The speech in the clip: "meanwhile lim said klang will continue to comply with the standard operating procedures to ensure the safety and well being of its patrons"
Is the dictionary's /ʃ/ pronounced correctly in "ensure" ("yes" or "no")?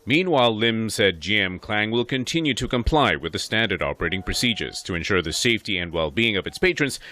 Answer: yes